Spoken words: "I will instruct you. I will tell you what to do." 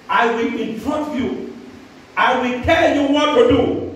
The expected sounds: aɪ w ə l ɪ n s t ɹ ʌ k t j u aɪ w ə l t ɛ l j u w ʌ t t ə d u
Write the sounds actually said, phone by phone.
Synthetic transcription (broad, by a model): aɪ w ə l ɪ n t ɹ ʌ t j u aɪ w ə l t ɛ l j u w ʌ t t ə d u